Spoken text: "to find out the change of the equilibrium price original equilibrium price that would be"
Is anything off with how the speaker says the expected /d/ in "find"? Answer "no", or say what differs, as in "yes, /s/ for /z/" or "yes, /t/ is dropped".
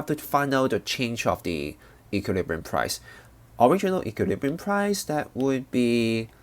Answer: yes, /d/ is dropped